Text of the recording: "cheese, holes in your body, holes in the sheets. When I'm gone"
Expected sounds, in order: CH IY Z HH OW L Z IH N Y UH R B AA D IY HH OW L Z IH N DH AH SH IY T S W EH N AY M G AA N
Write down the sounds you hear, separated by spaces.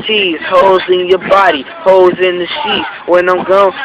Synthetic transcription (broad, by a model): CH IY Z HH OW L Z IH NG Y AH R B AA D IY HH OW L Z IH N DH AH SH IY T W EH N AY M G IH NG